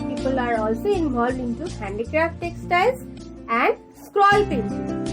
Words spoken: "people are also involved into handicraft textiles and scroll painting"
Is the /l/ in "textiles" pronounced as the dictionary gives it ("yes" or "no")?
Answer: no